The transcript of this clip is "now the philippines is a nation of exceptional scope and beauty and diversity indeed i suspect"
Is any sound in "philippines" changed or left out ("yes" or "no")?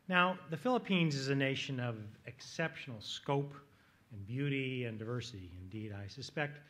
no